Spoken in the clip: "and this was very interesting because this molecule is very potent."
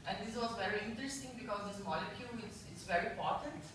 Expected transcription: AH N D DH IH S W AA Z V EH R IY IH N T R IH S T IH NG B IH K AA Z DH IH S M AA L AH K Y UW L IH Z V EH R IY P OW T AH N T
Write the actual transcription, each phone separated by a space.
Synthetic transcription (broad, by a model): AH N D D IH S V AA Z V EH R IY IH N T R IH S T IH NG B IH K AA Z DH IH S M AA L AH K Y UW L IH S V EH R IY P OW T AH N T